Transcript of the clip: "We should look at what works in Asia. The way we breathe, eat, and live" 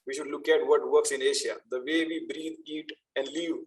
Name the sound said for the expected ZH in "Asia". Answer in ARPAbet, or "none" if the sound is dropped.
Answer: SH